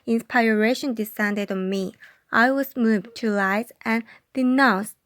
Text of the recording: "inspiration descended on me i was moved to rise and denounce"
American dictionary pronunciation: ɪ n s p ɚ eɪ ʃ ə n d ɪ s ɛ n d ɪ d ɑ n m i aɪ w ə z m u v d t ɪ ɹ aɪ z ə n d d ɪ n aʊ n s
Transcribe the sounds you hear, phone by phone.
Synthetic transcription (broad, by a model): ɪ n s p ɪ eɪ ʃ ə n d ɪ s ɛ n d ɪ d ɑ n m i aɪ w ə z m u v t ɪ l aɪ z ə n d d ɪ n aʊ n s